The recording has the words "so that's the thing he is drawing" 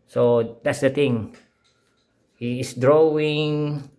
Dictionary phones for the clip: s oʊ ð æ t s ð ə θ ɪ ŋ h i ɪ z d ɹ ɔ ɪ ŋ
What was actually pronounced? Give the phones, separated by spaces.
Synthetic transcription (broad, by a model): s oʊ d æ t s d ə t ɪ ŋ h i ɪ s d ɹ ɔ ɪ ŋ